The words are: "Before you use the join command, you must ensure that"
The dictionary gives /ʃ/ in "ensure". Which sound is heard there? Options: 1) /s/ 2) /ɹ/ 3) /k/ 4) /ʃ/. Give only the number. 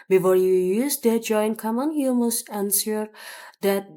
1